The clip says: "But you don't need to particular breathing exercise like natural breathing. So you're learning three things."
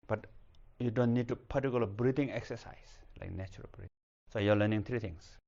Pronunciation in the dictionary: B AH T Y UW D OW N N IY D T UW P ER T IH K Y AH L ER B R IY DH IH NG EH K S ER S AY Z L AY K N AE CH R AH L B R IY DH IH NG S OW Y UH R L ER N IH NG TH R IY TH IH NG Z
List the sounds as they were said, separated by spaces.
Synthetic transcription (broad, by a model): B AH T Y UW D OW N N IY D T UW P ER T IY K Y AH L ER B R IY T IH NG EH K S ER S AY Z L AY K N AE CH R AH L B R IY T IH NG S OW Y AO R L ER N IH NG T R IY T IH NG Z